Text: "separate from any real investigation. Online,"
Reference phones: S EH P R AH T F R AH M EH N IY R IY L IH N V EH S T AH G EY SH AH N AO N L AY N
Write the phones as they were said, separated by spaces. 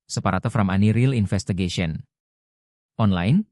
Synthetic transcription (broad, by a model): S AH P R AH T F R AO M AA N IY R IY L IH N F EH S T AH G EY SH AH N AO N L AY N